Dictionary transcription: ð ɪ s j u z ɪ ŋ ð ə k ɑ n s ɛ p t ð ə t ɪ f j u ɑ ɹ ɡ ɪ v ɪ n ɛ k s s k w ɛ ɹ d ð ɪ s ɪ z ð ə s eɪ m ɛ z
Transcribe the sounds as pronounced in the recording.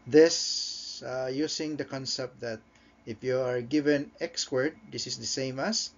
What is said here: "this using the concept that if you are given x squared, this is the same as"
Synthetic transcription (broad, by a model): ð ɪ s j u s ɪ ŋ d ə k ɑ n s ɛ p t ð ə t ɪ f j u ɑ ɹ ɡ ɪ v ɪ n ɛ k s s k w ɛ ɹ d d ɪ s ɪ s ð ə s eɪ m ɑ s